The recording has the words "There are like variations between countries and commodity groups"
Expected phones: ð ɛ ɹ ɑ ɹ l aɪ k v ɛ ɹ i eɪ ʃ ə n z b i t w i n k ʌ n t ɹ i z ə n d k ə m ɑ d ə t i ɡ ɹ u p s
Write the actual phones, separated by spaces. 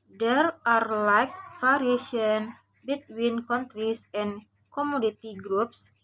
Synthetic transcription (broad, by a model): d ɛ ɹ ɑ ɹ l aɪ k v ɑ ɹ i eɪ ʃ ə n b i t w i n k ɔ n t ɹ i s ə n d k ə m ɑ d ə t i ɡ ɹ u p s